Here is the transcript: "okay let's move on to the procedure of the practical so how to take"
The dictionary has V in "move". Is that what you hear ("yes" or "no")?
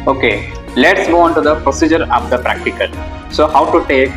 no